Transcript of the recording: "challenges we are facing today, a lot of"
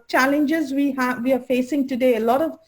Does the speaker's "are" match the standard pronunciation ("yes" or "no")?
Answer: no